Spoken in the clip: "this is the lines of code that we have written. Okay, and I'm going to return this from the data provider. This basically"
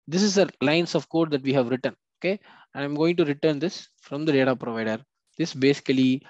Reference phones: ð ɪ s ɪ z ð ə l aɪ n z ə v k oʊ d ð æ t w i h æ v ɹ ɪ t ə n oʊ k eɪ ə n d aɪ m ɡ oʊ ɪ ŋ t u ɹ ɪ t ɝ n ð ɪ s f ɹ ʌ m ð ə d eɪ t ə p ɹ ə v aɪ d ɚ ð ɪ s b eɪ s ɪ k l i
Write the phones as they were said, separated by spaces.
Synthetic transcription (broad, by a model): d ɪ s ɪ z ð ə l aɪ n s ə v k oʊ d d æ t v i h æ v ɹ ɪ t ə n oʊ k eɪ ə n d aɪ m ɡ oʊ ɪ ŋ t u ɹ ɪ t ɝ n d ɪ s f ɹ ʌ m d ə d eɪ t ə p ɹ ə v aɪ d ɚ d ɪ s b eɪ s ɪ k l i